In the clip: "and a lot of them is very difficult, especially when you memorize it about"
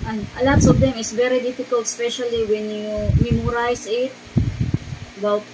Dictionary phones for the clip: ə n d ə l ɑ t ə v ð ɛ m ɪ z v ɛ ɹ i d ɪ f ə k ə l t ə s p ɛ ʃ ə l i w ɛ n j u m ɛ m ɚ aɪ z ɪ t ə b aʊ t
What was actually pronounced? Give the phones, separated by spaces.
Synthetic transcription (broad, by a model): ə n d ə l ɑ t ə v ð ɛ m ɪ s v ɛ ɹ i d ɪ f ə k ə l t s p ɛ ʃ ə l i w ɛ n j u m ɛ m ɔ aɪ s ɪ t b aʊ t